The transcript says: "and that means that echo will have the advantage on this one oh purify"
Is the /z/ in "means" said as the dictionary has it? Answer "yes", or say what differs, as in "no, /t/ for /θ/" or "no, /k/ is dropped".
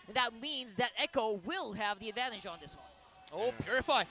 yes